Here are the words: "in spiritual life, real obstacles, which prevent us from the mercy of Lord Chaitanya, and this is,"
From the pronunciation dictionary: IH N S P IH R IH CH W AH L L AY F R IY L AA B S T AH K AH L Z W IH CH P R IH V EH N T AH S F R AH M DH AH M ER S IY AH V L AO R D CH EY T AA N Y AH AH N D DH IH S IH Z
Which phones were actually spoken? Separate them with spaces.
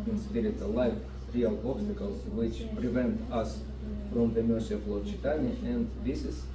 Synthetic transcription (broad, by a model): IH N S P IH R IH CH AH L L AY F R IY L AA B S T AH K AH L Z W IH CH P R IH V EH N T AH S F R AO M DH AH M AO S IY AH F L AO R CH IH T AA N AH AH N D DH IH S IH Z